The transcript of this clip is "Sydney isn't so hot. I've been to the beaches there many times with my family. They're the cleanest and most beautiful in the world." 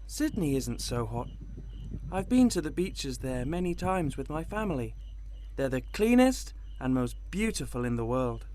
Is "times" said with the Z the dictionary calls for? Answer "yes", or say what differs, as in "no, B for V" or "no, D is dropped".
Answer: yes